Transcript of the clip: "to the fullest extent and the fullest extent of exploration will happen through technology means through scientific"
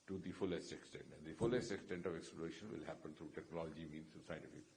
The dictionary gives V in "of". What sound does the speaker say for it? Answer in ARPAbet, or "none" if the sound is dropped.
V